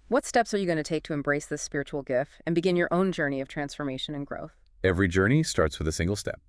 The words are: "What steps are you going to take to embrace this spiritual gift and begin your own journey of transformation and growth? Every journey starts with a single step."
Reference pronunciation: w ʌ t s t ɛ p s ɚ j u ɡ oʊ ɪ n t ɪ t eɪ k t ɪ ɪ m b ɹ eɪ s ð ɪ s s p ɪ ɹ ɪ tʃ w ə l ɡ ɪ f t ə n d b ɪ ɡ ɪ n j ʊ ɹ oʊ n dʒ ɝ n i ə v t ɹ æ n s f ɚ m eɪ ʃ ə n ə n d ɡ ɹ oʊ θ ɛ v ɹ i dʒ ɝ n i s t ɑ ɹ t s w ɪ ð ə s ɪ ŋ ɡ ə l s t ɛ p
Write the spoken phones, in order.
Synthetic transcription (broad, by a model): w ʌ t s t ɛ p s ɚ j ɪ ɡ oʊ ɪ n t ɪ t eɪ k t ɪ ɪ m b ɹ eɪ s ð ɪ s s p ɪ ɹ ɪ tʃ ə l ɡ ɪ f t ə n b ɪ ɡ ɪ n j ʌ ɹ oʊ n dʒ ɝ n i ə v t ɹ æ n s f ɚ m eɪ ʃ ə n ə n ɡ ɹ oʊ θ ɛ v ɹ i dʒ ɝ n i s t ɑ ɹ t s w ɪ ð ə s ɪ ŋ ɡ l s t ɛ p